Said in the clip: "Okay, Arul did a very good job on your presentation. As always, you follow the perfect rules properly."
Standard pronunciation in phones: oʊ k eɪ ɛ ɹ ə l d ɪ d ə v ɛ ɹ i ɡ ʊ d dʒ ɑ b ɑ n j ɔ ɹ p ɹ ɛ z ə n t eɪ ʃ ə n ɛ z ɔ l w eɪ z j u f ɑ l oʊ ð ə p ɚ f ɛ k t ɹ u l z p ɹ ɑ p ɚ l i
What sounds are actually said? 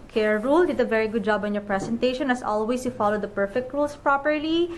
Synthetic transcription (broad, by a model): k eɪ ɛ ɹ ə l d ɪ d ə v ɛ ɹ i ɡ ʊ d dʒ ɑ b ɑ n j ɔ ɹ p ɹ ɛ s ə n t eɪ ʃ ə n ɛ s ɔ l w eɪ s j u f ɑ l oʊ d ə p ɚ f ɛ k t ɹ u l s p ɹ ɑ p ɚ l i